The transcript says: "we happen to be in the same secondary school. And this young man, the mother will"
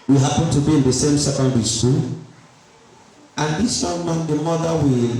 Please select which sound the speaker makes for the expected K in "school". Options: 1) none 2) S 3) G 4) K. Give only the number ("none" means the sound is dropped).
1